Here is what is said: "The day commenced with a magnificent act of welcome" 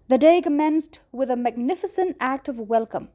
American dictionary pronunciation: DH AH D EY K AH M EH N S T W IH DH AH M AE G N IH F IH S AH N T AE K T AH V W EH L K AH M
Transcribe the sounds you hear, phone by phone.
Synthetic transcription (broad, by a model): DH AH D EY K AH M EH N S T W IH DH AH M AE G N IH F IH S AH N T AE K T AH V W EH L K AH M